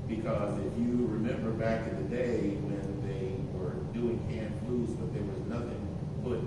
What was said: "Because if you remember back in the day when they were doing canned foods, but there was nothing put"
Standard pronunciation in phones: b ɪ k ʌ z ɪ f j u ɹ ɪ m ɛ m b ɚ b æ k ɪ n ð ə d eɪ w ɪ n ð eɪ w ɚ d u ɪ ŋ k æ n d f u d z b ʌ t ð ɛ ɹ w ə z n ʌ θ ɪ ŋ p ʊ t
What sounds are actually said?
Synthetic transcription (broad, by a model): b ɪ k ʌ z ɪ f j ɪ ɹ ɪ m ɛ m b ɚ b æ k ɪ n ð ə d eɪ w ɪ n ð eɪ w ɚ d u ɪ ŋ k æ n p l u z b ʌ t ð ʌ ɹ w ə z n ʌ θ ɪ ŋ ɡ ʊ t